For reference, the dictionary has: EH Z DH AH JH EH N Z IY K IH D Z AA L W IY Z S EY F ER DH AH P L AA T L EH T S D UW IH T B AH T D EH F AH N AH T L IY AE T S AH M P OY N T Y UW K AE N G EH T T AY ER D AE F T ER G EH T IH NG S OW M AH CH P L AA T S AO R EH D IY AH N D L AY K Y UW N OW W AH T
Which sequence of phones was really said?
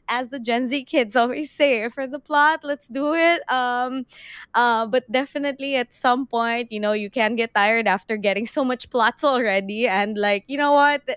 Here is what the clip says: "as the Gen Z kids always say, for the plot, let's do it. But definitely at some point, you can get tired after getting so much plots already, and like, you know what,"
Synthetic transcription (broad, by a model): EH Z DH AH JH EH N Z IY K IH D Z AA L W IY Z S EY F ER DH AH P L AA T L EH T S D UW IH T B AH T D EH F AH N AH T L IY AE T S AH M P OY N T Y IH K AE N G EH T T AY ER D AE F T ER G EH T IH NG S OW M AH CH P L AA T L R EH D IY AH N D L AY K Y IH N OW W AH T